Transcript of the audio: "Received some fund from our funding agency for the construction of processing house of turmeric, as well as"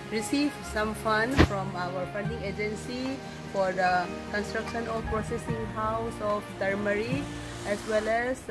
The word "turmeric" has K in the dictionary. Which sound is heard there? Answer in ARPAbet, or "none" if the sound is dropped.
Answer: none